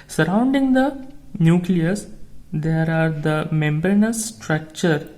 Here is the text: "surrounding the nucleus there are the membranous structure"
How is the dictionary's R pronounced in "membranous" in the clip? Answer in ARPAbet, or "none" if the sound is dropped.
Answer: none